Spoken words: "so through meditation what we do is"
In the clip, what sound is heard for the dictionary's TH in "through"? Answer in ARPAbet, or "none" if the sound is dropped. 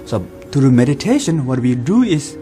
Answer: T